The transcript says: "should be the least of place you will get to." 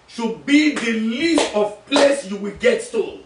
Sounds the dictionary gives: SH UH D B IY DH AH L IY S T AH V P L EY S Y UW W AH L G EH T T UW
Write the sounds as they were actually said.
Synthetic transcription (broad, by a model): SH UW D B IY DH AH L IY S T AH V P L EY S Y UW W AH L G EH T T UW